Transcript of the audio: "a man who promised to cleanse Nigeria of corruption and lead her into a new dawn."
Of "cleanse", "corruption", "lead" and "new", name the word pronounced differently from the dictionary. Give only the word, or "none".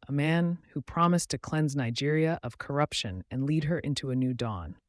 none